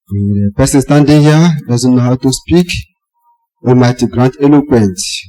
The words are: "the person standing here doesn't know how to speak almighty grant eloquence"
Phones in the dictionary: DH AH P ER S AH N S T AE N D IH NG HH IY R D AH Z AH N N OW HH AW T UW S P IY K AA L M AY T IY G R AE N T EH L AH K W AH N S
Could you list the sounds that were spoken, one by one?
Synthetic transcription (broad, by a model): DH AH P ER S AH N S T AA N D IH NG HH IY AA D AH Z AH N N OW HH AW T UW S P IY K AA M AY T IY G R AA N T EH L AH K W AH N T